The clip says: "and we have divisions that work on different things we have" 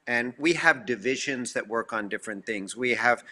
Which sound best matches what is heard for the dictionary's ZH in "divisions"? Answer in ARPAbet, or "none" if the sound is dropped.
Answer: ZH